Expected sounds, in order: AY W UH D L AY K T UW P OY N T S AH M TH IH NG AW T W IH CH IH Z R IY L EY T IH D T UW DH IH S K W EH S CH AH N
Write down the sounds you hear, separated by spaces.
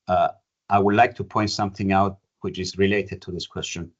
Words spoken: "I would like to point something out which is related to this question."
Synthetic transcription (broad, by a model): AY W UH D L AY K T UW P OY N T S AH M TH IH NG AW T W IH CH IH Z R IY L EY T IH D T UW DH IH S K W EH S CH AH N